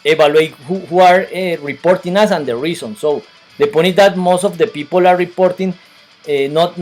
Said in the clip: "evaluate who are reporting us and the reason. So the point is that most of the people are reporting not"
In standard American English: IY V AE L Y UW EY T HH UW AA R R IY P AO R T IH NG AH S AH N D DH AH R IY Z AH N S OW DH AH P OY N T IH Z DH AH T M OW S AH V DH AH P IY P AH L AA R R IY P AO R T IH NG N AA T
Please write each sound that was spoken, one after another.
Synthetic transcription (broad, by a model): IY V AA L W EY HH HH UW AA R R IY P AO R T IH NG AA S AH N D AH R IY S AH N S OW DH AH P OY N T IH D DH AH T M OW S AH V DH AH P IY P AH L AA R R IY P AO R T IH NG N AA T